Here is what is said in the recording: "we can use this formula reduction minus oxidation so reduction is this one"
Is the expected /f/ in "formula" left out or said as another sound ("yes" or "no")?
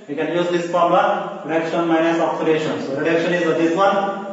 yes